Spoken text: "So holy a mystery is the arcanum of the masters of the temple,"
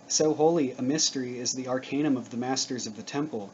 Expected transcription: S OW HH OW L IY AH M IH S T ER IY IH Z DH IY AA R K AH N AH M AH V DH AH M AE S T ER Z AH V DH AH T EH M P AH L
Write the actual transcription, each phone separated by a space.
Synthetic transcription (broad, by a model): S OW HH OW L IY AH M IH S T ER IY IH Z DH IY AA R K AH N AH M AH V DH AH M AE S T ER Z AH V DH AH T EH M P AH L